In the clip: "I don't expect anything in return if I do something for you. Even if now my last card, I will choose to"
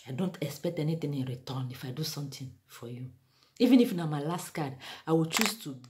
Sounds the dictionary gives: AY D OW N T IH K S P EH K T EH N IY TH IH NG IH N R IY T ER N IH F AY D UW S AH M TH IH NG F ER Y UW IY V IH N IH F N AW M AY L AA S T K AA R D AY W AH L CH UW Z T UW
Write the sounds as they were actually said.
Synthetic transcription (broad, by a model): AY D OW N T IH K S P EH K T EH N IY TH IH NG IH N R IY T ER N IH F AY D UW S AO M T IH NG F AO Y UW IY V IH N IH F N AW M AY L AA S T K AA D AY W AH L CH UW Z T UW